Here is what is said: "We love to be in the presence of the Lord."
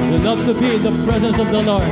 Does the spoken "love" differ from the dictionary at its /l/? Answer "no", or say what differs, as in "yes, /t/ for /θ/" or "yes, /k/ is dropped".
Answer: yes, /n/ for /l/